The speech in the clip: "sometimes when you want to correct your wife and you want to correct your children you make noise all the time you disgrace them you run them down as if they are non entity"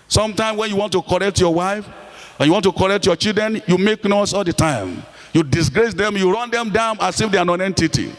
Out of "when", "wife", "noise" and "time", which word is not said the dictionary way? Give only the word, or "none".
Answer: noise